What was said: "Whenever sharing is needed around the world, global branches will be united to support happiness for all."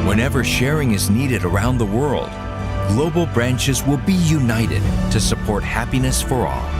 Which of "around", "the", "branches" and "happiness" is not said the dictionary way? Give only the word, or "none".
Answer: none